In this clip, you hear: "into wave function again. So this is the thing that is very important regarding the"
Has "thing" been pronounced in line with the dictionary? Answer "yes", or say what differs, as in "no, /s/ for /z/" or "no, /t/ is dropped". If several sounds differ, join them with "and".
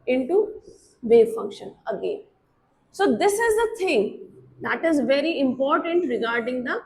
no, /t/ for /θ/